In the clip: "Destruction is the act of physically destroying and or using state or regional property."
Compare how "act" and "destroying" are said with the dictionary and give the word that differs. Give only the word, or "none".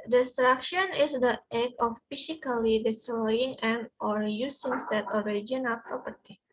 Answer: act